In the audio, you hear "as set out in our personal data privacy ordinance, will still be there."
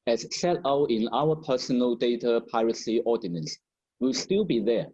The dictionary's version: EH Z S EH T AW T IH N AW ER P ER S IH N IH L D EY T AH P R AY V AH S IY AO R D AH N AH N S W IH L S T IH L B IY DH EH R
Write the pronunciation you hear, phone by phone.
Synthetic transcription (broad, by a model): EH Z S EH T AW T IH N AW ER P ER S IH N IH L D EY T AH P AY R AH S IY AO D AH N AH N S W IH L S T IH L B IY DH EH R